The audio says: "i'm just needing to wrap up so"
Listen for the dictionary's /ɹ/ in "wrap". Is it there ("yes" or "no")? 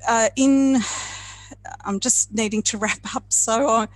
yes